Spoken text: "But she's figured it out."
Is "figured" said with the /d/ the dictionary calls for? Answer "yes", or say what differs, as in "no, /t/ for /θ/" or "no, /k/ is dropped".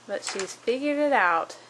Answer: no, /d/ is dropped